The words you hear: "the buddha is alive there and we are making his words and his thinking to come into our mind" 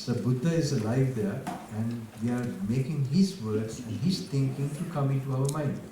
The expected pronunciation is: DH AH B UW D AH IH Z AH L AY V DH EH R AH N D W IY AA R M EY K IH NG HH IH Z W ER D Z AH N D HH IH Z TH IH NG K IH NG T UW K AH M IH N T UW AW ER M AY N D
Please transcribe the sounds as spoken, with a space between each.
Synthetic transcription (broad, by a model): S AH B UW D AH IH Z AH L AY V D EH R AH N D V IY AA R M EY K IH NG HH IH Z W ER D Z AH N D HH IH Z T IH NG K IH NG T UW K AH M IH N T UW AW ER M AY N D